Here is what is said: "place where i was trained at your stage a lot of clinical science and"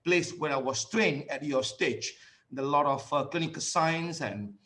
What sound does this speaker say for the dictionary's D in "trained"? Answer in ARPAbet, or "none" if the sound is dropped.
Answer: none